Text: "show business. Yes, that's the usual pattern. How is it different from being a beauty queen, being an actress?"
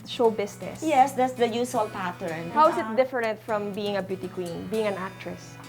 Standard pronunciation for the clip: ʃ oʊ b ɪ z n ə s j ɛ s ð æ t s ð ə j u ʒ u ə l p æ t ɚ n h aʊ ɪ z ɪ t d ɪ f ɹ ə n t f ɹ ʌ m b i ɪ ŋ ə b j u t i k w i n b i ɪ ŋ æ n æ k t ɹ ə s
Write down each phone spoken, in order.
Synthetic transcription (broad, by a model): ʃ oʊ b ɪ s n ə s j ɛ s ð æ t s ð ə j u s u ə l p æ t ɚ n h aʊ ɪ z ɪ t d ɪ f ɹ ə n t f ɹ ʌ m b i ɪ ŋ ə b j u t i k w i n b i ɪ ŋ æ n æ k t ɹ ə s